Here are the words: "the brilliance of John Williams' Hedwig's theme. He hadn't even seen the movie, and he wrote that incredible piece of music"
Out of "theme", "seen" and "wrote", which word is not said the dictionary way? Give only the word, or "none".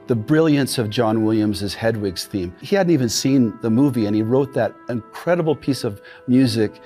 none